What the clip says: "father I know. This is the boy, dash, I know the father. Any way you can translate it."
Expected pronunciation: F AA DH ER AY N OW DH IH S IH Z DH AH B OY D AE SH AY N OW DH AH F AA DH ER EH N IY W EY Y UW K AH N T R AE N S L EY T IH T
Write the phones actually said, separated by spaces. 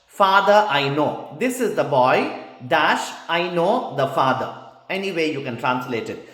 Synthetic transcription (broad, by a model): F AA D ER AY N OW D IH S IH Z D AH B OY D AE SH AY N OW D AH F AA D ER EH N IY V EY Y UW K AH N T R AE N S L EY T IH T